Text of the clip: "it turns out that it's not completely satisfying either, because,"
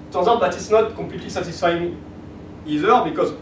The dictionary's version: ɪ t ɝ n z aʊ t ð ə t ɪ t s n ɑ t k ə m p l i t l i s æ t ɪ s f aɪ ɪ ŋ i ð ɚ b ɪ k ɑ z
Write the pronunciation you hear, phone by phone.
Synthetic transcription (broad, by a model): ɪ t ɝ z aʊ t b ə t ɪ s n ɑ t k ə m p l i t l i s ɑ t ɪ s f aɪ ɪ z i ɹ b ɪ k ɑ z